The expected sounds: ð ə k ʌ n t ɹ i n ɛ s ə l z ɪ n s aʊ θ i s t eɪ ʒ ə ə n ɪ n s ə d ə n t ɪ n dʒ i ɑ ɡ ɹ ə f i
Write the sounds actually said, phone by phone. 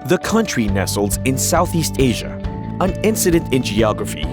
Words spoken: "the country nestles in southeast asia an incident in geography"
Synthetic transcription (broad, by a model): ð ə k ʌ n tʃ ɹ i n ɛ s l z ɪ n s aʊ θ i s t eɪ ʒ ə ə n ɪ n s ə d ə n t ɪ n dʒ i ɑ ɡ ɹ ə f i